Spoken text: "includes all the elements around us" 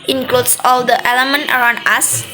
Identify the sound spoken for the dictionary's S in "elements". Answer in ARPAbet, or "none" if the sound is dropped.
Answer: none